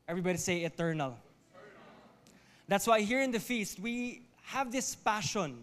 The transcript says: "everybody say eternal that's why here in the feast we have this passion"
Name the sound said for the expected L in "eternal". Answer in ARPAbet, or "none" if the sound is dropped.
L